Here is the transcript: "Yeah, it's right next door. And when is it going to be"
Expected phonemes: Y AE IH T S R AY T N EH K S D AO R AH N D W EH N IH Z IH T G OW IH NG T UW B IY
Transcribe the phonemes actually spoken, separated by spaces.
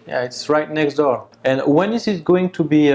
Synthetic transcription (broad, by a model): Y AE IH T S R AY T N EH K S D AO R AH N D W EH N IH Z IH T G OW IH NG T UW B IY